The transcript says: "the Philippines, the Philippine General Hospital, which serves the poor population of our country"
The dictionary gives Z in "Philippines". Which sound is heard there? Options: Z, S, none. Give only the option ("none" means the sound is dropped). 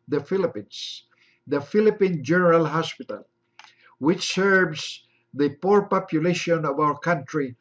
S